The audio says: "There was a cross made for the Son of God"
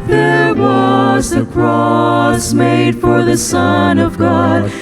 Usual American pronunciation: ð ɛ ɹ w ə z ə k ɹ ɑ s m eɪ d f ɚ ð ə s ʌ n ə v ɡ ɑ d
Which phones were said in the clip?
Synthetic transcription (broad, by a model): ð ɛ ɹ w ə z ə k ɹ ɑ s m eɪ d f ɚ ð ə s ʌ n ə v ɡ ɑ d